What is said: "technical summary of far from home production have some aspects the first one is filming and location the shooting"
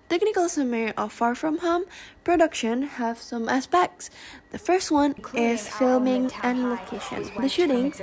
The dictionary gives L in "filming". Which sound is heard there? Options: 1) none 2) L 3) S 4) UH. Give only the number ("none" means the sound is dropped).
2